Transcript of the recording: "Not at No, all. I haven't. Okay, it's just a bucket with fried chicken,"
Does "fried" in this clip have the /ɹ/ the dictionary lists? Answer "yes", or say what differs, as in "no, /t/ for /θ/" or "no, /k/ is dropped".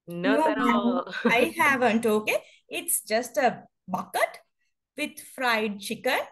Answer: yes